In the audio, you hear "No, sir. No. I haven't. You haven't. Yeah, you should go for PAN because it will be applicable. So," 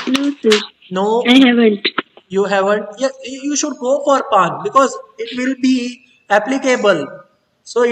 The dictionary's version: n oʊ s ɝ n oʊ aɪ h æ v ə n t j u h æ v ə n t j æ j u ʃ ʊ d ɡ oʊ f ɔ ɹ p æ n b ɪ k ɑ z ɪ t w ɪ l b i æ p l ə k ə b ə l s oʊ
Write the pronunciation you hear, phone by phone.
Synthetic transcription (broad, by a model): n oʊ s ɝ n oʊ aɪ h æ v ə n t j u h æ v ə n t j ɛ j u ʃ ʊ d ɡ oʊ f ɔ ɹ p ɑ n b ɪ k ɑ z ɪ t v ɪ l b i æ p l ə k ə b ə l s oʊ